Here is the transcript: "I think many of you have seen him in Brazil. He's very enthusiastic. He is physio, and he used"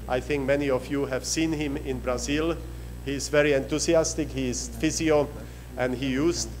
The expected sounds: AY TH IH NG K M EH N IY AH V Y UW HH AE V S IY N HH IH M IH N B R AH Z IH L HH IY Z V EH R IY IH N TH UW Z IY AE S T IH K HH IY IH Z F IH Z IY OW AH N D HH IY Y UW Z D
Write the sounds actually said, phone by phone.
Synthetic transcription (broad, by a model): AY TH IH NG K M EH N IY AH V Y UW HH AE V S IY N HH IH M IH N B R AH Z IH L HH IY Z V EH R IY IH N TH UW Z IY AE S T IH K HH IY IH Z F IH Z IY OW AH N D HH IY Y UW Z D